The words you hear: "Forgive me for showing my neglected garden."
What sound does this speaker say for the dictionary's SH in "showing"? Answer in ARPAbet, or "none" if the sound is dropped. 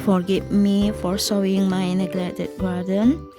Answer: S